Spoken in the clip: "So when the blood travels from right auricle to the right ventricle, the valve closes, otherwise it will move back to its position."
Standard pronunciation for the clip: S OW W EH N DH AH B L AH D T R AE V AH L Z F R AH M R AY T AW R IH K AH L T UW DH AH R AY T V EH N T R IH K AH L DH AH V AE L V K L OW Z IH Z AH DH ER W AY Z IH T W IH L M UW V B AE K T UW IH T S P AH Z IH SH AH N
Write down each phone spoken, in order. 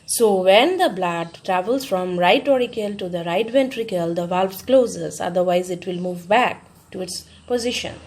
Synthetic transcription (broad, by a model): S OW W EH N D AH B L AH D T R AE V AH L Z F R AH M R AY T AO R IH K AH L T UW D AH R AY T V EH N T R IH K AH L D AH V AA L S K L OW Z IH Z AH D ER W AY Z IH T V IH L M UW V B AE K T UW IH T S P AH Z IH SH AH N